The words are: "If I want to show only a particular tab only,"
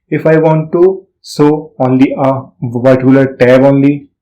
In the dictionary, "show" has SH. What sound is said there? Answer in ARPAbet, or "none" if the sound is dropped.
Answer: S